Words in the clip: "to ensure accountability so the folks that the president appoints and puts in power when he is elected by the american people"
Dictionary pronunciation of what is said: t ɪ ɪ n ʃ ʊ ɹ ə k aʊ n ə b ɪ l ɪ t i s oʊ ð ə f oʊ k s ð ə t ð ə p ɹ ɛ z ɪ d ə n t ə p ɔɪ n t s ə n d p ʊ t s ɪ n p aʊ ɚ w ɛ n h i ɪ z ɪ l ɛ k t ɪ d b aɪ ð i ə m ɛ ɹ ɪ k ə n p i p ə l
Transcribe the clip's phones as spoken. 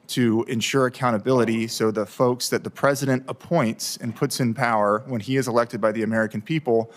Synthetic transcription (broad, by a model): t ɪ ɪ n ʃ ʊ ɹ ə k aʊ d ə b ɪ l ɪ t i s oʊ ð ə f oʊ k s ð ə t ð ə p ɹ ɛ z ɪ d ə n t ə p ɔɪ n t s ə n p ʊ t s ɪ n p aʊ ɚ w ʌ n i ɪ z ɪ l ɛ k t ɪ d b aɪ ð i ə m ɛ ɹ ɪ k n p i p l